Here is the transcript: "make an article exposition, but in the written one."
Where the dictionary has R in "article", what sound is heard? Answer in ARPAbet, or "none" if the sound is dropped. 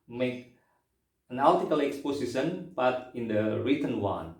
L